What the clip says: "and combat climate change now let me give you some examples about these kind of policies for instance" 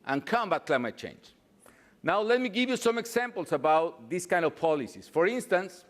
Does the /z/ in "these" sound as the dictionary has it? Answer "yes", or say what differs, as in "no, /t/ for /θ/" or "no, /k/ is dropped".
no, /s/ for /z/